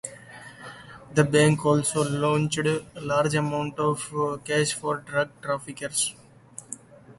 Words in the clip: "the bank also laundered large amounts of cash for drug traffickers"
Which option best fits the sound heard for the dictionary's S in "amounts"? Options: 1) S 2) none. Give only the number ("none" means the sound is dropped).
2